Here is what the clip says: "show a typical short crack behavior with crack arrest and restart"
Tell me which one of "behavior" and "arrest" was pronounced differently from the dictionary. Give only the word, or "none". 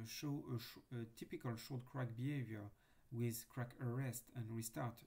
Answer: none